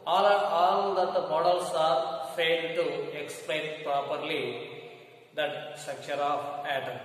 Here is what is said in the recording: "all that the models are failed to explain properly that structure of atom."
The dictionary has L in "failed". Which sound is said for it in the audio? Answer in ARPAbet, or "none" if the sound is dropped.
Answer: none